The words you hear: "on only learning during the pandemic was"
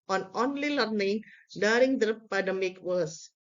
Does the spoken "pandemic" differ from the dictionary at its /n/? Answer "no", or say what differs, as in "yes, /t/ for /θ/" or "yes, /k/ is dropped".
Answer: yes, /n/ is dropped